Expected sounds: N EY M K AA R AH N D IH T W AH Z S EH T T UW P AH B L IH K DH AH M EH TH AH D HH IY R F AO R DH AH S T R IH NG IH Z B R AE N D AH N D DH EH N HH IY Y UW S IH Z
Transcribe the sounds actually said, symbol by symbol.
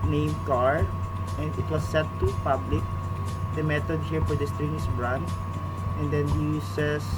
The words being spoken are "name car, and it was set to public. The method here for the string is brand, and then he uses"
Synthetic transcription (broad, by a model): N EY M K AA R AH N D IH T W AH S EH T T UW P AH B L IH K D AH M EH T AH D HH IY R F AO R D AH S T R IH NG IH S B R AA N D AH N D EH N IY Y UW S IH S